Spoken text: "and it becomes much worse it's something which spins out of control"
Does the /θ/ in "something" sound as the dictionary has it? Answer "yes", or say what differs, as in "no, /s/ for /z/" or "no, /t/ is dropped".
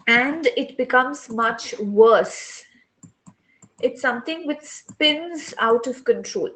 no, /t/ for /θ/